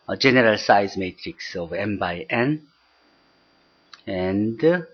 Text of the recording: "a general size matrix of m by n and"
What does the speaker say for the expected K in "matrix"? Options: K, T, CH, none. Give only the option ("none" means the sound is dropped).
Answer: K